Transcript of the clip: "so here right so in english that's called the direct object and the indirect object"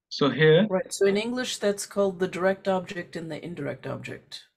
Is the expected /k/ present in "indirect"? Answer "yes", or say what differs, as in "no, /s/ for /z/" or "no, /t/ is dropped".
yes